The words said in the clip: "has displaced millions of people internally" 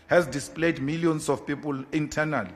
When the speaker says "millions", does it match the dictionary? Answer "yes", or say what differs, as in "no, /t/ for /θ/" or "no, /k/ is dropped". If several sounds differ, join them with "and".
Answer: no, /s/ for /z/